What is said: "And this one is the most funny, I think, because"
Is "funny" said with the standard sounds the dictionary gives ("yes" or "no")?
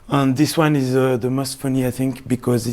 yes